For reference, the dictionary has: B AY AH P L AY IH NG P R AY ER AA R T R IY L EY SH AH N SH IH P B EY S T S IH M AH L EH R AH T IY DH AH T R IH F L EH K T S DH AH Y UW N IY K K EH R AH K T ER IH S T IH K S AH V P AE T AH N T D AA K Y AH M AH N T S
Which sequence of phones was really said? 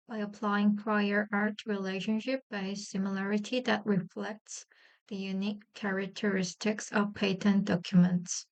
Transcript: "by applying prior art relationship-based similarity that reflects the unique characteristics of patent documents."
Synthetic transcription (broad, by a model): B AY AH P L AY IH NG P R AY ER AA R T R IY L EY SH AH N SH IH P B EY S S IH M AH L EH R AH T IY DH AH T R IH F L EH K T S DH AH Y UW N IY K K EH R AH K T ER IH S T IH K S AH V P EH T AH N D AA K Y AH M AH N T S